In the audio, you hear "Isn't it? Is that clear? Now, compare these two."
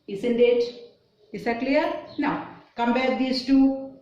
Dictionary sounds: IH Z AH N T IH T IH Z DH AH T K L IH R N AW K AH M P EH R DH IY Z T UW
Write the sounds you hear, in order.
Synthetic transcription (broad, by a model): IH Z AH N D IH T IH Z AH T K L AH R N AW K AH M B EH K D IY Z T UW